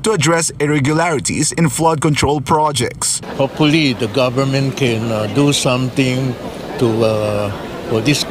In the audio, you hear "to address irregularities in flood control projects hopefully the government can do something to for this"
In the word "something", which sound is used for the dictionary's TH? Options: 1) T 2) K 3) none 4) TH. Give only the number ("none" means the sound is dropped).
1